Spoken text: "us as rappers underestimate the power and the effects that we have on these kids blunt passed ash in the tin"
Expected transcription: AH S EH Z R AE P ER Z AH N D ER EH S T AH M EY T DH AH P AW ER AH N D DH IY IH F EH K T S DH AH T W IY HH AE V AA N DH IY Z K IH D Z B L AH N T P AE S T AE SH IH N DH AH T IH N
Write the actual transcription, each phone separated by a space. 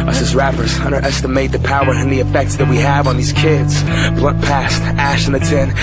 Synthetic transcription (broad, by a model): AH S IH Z R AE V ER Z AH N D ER EH S T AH M EY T DH AH P AW ER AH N DH IY IH F EH K T S DH AH T W IY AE V N DH IY Z K IH D Z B L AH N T P AE S T AE SH IH N DH AH T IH N